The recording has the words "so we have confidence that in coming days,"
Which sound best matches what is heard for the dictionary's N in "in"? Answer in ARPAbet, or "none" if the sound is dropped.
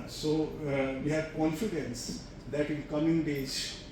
L